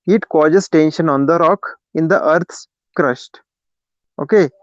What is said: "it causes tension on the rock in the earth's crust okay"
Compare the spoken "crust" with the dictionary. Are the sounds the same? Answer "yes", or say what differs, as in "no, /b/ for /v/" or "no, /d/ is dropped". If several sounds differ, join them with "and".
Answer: no, /ʃ/ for /s/